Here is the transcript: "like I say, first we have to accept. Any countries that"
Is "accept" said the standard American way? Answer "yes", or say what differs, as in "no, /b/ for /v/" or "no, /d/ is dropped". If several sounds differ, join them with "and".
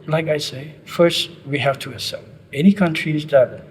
no, /k/ is dropped